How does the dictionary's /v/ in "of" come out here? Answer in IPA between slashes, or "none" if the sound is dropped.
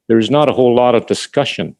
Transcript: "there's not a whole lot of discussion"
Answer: /v/